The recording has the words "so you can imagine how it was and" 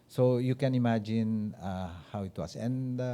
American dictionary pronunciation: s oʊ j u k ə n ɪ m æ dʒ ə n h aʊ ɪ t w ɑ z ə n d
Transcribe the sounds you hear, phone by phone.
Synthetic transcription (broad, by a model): s oʊ j u k ə n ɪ m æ dʒ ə n h aʊ ɪ t w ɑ s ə n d